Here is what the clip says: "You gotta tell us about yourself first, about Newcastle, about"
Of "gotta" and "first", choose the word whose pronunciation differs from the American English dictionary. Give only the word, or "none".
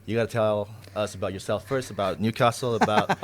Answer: none